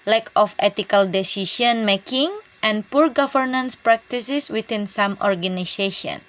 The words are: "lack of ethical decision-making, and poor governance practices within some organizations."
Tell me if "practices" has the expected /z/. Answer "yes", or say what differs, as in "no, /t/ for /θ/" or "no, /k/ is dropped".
no, /s/ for /z/